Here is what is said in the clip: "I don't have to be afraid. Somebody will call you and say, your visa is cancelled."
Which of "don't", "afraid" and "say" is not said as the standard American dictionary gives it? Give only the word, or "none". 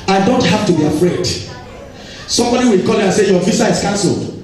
none